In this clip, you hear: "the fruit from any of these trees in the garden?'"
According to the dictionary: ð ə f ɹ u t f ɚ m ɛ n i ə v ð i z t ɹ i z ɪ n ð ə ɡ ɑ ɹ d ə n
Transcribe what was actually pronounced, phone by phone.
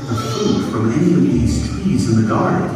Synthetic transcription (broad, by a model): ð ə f u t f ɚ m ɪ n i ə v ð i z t w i z ɪ n ð ə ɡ ɑ ɹ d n